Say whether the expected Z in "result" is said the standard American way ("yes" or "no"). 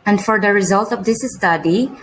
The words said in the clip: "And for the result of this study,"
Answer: yes